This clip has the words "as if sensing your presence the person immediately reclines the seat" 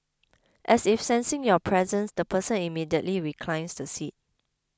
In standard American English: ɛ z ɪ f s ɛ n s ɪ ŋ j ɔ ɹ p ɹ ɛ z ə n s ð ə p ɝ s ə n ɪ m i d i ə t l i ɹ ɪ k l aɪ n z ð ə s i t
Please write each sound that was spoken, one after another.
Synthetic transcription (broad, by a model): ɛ s ɪ f s ɛ n s ɪ ŋ j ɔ p ɹ ɛ z ə n s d ə p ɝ s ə n ɪ m i d i ə t l i ɹ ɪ k l aɪ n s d ə s i t